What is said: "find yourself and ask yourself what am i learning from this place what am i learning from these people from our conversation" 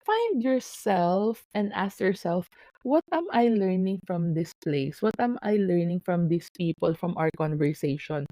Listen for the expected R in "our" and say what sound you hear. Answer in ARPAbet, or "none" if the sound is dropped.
W